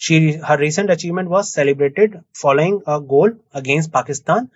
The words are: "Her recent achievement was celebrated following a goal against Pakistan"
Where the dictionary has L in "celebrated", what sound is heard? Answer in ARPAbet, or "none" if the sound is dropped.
L